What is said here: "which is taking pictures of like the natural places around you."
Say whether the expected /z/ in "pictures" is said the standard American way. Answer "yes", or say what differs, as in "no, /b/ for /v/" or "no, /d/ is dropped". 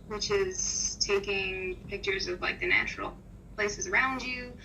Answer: yes